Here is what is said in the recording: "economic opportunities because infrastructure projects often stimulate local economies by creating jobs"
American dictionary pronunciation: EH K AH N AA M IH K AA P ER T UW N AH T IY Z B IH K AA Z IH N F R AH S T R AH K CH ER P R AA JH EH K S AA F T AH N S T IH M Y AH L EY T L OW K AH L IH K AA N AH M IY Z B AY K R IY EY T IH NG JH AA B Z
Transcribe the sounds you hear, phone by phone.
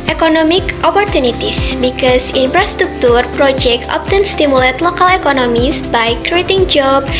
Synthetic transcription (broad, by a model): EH K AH N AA M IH K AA P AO T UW N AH T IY S B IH K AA S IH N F R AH S T R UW K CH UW P R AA JH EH K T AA P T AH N S T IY M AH L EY T L OW K AH L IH K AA N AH M IY S B AY K R IY EY T IH NG JH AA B